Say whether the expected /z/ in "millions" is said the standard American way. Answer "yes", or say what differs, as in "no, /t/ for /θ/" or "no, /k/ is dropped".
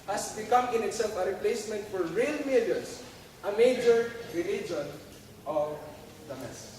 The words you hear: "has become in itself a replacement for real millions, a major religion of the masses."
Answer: no, /s/ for /z/